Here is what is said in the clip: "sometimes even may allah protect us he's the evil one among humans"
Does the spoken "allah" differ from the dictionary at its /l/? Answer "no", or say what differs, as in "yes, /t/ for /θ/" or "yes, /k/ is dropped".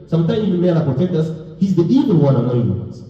yes, /l/ is dropped